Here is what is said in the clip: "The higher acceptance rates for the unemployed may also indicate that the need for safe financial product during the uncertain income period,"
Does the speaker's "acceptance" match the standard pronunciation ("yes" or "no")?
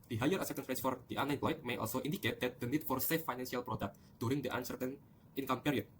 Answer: no